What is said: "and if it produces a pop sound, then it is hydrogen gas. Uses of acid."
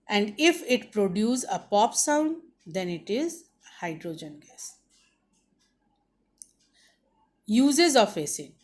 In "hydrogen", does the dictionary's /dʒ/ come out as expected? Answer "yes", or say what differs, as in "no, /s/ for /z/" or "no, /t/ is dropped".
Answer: yes